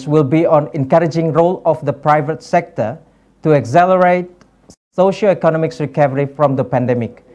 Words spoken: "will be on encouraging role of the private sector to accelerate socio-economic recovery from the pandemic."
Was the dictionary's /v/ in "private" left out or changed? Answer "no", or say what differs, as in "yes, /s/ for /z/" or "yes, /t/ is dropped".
no